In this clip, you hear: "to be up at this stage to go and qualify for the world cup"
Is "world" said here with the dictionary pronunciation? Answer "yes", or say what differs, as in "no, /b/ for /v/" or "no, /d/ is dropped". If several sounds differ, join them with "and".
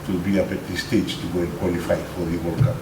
no, /l/ is dropped